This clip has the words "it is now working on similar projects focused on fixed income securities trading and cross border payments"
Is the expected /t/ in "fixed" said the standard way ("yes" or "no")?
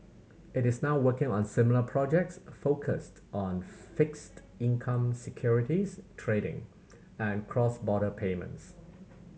yes